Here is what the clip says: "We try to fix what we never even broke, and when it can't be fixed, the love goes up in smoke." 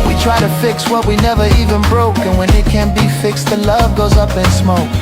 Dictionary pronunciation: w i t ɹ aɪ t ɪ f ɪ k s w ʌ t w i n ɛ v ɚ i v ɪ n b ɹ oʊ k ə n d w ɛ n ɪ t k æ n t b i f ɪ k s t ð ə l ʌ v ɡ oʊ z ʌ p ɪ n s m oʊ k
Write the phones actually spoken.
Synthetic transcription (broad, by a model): w i t ɹ aɪ t ɪ f ɪ k s w ʌ t w i n ɛ v ɚ i v ɪ n b ɹ oʊ k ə n w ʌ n ɪ t k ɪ n b i f ɪ k s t ð ə l ʌ v ɡ oʊ z ʌ p ɪ n s m oʊ k